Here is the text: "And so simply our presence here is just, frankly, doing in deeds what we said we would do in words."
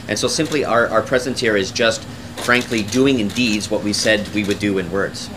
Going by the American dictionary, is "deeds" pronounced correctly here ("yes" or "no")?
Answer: yes